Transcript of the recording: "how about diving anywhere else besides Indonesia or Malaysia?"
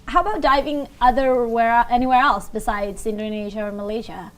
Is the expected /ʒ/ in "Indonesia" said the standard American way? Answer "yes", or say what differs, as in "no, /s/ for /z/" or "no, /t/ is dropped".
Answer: yes